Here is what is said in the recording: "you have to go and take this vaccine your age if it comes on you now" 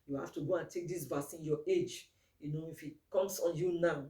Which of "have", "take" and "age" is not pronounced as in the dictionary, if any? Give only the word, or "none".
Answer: have